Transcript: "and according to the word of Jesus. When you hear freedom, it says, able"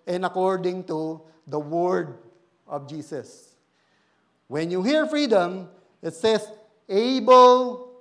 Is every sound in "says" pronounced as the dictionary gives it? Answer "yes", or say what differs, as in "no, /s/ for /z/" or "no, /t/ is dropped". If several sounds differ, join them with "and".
no, /s/ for /z/